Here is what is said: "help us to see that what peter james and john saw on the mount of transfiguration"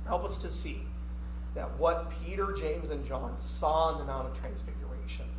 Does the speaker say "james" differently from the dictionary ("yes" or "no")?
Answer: no